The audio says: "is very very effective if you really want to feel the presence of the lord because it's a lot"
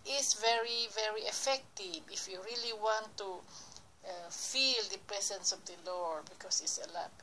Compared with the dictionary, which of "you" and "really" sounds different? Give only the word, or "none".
none